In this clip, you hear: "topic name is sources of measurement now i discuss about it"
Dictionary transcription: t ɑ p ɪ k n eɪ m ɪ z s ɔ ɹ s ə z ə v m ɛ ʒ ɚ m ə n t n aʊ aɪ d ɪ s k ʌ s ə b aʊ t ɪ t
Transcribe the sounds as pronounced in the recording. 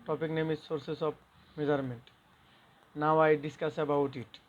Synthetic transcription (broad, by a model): t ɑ p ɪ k n eɪ m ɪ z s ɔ ɹ s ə s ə b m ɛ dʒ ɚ m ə n t n aʊ aɪ d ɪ s k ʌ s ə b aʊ t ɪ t